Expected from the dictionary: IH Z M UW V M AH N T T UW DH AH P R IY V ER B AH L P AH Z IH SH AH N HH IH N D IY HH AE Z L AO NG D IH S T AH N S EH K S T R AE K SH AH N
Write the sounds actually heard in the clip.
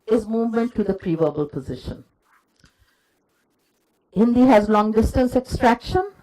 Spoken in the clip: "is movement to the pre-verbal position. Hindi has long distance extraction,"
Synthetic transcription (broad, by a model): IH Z M UW V M AH N T T UW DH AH P R IY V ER B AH L P AH Z IH SH AH N HH IH N D IY HH AE Z L AO NG D IH S T AH N S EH K S T R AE K SH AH N